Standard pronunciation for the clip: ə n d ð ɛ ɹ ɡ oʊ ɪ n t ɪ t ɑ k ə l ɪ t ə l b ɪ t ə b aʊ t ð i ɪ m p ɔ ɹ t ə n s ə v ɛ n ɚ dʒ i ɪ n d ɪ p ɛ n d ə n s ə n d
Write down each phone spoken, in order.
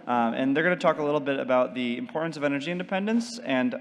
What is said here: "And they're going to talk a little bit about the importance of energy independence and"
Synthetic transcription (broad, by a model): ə n ð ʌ ɹ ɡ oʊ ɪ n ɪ t ɑ k ə l ɪ t l b ɪ t ə b aʊ t ð i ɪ m p ɔ ɹ t n s ə v ɛ n ɚ dʒ i ɪ n d ɪ p ɛ n d ə n s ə n